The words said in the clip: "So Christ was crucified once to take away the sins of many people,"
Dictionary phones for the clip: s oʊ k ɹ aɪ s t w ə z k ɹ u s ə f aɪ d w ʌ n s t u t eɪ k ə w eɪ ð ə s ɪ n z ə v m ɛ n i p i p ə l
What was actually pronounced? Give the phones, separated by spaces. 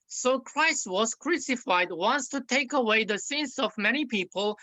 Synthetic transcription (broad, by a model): s oʊ k ɹ aɪ s t w ə z k ɹ u s ə f aɪ d w ʌ n s t u t eɪ k ə w eɪ ð ə s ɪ n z ə v m ɛ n i p i p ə l